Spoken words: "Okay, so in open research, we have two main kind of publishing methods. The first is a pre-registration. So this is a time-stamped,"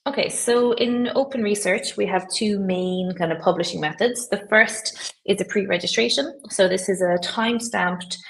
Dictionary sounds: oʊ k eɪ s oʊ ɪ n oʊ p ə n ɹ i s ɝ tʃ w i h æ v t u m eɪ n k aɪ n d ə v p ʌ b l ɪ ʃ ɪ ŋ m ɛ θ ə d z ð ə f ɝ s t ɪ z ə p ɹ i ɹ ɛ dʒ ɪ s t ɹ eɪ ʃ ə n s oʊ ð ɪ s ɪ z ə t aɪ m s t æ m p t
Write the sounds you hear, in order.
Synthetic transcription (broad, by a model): oʊ k eɪ s oʊ ɪ n oʊ p ə n ɹ i s ɝ tʃ w i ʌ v t u m eɪ n k aɪ n d ə v p ʌ b l ɪ ʃ ɪ ŋ m ɛ θ ə d z ð ə f ɝ s t ɪ z ə p ɹ i ɹ ɛ dʒ ɪ s t ɹ eɪ ʃ ə n s oʊ ð ɪ s ɪ z ə t aɪ m s t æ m p t